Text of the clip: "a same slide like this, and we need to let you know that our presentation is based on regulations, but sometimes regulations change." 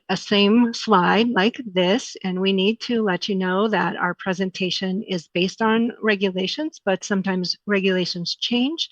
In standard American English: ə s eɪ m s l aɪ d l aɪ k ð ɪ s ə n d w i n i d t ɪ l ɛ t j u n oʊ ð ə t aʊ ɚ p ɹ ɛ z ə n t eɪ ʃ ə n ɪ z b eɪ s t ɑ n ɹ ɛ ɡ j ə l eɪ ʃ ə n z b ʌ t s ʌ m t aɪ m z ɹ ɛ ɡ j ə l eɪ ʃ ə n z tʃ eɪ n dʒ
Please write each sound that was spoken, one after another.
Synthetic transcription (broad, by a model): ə s eɪ m s l aɪ d l aɪ k ð ɪ s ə n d w i n i d t ɪ l ɛ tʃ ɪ n oʊ ð ə t aʊ ɚ p ɹ ɛ z ə n t eɪ ʃ ə n ɪ z b eɪ s t n ɹ ɛ ɡ j ə l eɪ ʃ ə n z b ʌ t s ʌ m t aɪ m z ɹ ɛ ɡ j ə l eɪ ʃ ə n z tʃ eɪ n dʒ